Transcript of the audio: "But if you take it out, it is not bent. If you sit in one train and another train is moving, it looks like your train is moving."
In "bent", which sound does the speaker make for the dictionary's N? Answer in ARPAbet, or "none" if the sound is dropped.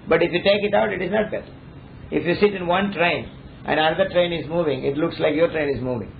none